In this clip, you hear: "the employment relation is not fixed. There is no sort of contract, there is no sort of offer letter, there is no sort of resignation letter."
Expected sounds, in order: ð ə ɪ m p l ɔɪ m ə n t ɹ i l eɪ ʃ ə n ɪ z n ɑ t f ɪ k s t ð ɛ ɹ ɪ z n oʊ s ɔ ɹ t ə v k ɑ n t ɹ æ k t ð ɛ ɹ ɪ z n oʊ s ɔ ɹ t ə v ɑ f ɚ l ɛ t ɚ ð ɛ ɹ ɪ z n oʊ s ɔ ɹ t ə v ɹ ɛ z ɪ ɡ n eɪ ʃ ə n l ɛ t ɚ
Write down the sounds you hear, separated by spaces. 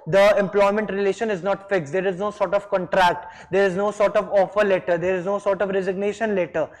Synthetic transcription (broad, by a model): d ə ɪ m p l ɔɪ m ə n t ɹ i l eɪ ʃ ə n ɪ z n ɑ t f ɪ k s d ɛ ɹ ɪ z n oʊ s ɔ ɹ t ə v k ɑ n t ɹ æ k t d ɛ ɹ ɪ z n oʊ s ɔ ɹ t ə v ɑ f ɚ l ɛ t ɚ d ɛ ɹ ɪ z n oʊ s ɔ ɹ t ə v ɹ ɛ z ɪ ɡ n eɪ ʃ ə n l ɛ t ɚ